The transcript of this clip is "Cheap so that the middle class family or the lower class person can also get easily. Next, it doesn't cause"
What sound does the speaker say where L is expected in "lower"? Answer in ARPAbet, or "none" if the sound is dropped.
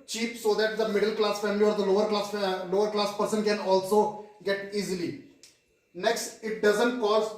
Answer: L